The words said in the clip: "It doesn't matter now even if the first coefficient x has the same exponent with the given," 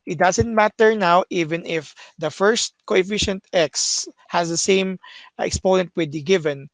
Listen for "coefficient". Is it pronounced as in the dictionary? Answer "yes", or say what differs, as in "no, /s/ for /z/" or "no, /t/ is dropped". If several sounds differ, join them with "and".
yes